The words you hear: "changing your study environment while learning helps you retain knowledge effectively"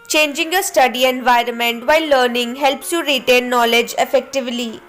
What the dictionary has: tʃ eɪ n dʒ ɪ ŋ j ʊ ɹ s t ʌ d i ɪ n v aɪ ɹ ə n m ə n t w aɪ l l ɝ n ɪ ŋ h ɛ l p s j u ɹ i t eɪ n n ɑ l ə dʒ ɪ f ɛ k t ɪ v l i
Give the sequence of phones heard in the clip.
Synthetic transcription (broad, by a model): tʃ eɪ n dʒ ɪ ŋ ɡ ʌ s t ʌ d i ɪ n v aɪ ɹ ə n m ə n t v aɪ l l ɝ n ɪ ŋ h ɛ l p s j u ɹ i t eɪ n n ɑ l ə dʒ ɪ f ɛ k t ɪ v l i